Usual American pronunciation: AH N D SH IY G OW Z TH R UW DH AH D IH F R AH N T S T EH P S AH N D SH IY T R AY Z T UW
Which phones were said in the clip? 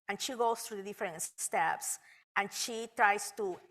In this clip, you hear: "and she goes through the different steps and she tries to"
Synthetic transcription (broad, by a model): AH N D SH IY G OW S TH R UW DH AH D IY F R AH N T S T EH P S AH N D SH IY T R AY S T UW